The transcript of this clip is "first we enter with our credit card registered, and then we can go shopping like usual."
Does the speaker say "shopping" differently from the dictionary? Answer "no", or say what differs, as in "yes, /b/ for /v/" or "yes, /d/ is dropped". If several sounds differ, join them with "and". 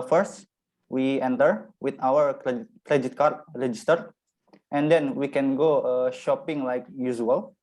no